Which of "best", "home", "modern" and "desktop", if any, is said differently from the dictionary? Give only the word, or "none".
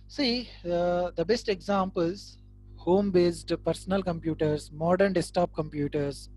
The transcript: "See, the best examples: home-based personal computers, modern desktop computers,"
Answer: desktop